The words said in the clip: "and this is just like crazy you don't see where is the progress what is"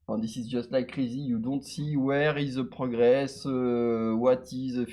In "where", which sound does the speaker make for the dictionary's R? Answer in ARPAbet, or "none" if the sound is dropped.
R